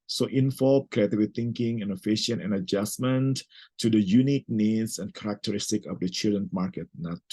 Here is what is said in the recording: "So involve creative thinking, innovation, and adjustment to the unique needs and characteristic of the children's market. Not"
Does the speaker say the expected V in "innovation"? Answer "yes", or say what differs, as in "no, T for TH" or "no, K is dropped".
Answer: no, F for V